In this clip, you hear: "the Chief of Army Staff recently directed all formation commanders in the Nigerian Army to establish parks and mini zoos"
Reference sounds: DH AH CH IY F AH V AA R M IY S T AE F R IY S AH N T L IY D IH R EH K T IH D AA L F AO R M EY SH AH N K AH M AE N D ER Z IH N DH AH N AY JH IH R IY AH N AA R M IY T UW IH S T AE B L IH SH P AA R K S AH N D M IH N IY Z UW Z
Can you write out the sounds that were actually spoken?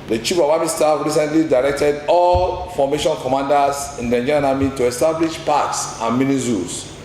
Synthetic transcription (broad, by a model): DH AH CH IY P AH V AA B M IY S T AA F R IY S AH N T L IY D IH R EH K T IH D AA L F AO M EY SH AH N K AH M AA N D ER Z IH N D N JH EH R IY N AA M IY T UW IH S T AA B L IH SH P AA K S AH N M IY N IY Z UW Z